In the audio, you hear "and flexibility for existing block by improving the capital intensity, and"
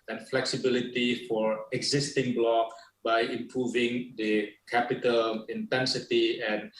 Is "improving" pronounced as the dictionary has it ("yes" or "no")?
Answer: yes